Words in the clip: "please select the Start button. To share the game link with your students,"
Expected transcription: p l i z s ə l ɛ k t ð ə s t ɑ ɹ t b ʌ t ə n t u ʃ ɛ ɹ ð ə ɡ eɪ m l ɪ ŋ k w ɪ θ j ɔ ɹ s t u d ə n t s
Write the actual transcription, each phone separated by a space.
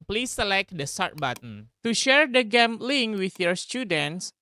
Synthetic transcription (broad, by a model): p l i s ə l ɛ k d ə s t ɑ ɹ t b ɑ t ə n t u ʃ ɛ ɹ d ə ɡ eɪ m l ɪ ŋ w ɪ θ j ɔ ɹ s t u d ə n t s